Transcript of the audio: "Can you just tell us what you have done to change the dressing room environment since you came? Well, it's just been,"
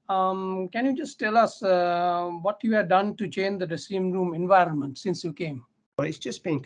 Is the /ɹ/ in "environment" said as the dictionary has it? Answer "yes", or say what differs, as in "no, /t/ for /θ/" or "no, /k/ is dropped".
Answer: yes